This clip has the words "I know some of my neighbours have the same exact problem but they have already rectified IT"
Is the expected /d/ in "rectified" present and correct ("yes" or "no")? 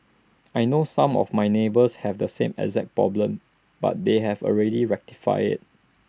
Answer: no